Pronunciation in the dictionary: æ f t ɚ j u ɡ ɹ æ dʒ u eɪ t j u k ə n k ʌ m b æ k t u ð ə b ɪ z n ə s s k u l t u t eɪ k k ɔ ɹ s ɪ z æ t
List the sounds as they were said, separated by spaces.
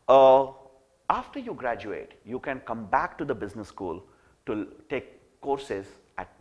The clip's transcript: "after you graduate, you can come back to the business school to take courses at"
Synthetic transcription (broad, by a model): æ f t ɚ j u ɡ ɹ æ dʒ u eɪ t j u k ə n k ʌ m b æ k t u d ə b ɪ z n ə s s k u l t u t eɪ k k ɔ ɹ s ɪ z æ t